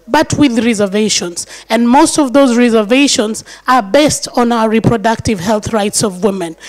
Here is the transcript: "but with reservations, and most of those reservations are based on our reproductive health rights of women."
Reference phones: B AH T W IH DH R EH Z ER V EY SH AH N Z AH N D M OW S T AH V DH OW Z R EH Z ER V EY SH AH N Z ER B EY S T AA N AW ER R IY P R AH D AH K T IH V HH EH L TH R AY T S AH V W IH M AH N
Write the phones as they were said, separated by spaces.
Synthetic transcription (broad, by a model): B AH T W IH DH R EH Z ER V EY SH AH N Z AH N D M OW S T AH V DH OW Z R EH Z ER V EY SH AH N Z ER B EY S T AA N AW ER R IY P R AH D AH K T IH V HH EH L TH R AY T S AH V W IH M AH N